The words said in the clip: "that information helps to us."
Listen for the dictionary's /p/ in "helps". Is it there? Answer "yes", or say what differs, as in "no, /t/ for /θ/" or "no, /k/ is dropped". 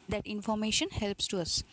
yes